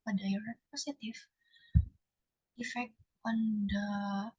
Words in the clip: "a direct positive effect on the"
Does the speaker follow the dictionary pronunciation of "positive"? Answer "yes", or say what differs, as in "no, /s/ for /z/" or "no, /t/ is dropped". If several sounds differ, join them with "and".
no, /s/ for /z/ and /f/ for /v/